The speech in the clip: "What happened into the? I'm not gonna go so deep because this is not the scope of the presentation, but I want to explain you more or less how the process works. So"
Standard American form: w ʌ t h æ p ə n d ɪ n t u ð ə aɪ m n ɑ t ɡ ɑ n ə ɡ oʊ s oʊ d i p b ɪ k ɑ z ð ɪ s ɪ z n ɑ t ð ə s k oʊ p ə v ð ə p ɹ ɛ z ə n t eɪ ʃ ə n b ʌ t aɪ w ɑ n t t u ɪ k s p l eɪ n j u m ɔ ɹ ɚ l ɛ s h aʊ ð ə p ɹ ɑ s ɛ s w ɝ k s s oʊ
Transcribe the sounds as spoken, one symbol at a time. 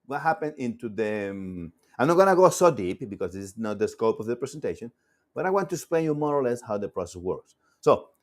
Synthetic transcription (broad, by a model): w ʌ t h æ p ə n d ɪ n t u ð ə aɪ m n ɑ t ɡ ɑ n ə ɡ oʊ s oʊ d i p b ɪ k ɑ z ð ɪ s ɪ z n ɑ t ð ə s k oʊ p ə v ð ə p ɹ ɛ s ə n t eɪ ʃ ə n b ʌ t aɪ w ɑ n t t u s p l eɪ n j u m ɔ ɹ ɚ l ɛ s h aʊ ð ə p ɹ ɑ s ɛ s w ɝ k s s oʊ